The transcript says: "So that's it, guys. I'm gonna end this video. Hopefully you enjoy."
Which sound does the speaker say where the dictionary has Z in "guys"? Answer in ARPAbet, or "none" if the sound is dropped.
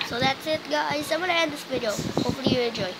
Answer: S